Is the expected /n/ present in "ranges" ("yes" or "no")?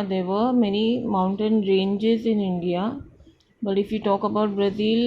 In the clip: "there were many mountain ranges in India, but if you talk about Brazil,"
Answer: yes